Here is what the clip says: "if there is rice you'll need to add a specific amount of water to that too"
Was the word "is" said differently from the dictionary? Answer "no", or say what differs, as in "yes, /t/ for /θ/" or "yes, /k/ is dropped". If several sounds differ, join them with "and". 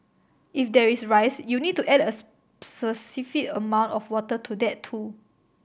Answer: yes, /s/ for /z/